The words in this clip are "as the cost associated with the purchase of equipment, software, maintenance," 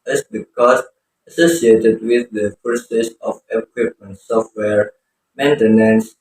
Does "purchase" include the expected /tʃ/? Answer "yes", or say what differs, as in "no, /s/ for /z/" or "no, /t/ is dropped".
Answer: no, /s/ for /tʃ/